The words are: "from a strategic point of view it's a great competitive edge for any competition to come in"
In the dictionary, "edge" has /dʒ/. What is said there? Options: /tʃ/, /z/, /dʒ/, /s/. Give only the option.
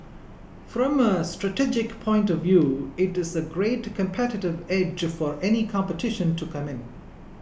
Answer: /dʒ/